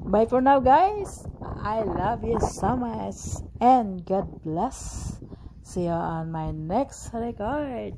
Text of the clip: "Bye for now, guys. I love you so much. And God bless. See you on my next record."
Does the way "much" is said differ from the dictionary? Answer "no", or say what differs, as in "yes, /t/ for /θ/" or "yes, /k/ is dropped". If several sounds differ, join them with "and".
yes, /s/ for /tʃ/